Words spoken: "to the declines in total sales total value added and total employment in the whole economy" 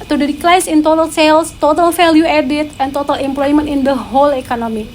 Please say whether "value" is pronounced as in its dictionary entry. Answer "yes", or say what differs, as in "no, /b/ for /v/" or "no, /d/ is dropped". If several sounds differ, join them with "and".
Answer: no, /f/ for /v/